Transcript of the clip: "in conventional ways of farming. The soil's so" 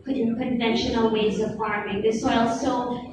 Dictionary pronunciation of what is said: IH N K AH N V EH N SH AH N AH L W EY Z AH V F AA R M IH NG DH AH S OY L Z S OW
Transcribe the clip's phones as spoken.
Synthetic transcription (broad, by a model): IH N K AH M V EH N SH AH N L W EY Z AH V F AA R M IH NG DH AH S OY L S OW